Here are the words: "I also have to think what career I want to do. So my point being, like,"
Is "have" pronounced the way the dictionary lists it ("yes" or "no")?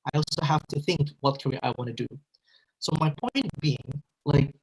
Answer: no